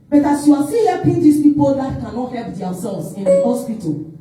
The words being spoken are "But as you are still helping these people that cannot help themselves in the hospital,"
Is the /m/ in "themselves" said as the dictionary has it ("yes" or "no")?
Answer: no